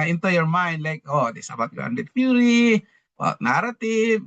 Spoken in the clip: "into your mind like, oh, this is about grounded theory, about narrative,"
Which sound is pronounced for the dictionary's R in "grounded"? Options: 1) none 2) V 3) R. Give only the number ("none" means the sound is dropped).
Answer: 1